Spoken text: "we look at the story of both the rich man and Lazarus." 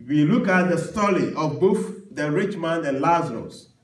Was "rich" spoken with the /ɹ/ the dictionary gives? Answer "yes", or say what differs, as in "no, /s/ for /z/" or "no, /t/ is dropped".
yes